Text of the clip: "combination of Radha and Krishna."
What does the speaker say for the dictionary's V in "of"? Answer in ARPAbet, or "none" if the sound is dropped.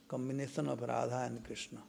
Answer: P